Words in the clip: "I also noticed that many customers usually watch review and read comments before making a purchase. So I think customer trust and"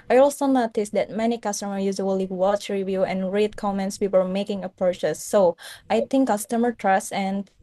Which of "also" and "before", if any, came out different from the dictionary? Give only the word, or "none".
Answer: before